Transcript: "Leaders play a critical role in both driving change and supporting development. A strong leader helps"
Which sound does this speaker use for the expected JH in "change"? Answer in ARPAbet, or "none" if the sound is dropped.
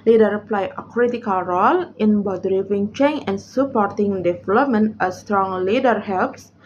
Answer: none